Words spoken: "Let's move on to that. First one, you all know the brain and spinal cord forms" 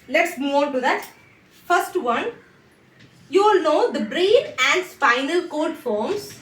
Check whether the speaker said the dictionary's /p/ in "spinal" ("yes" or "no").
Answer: no